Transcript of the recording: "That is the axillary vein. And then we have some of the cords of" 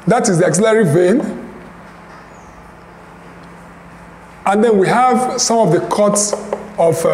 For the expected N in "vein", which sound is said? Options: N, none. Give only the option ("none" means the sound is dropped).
N